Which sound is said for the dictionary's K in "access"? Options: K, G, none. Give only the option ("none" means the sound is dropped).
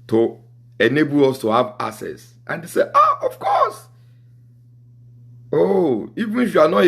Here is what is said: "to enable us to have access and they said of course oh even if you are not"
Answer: none